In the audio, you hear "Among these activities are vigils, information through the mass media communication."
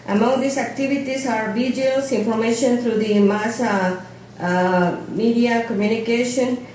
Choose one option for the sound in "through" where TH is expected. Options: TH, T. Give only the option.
T